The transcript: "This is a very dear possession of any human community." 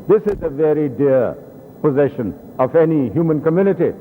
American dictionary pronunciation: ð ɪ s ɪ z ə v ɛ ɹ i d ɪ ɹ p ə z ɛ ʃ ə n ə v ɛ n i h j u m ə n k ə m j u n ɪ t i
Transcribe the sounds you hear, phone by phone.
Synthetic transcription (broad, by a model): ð ɪ s ɪ z ə v ɛ ɹ i d ɪ ɹ p ə z ɛ ʃ ə n ə v ɛ n i h j u m ə n k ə m j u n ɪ t i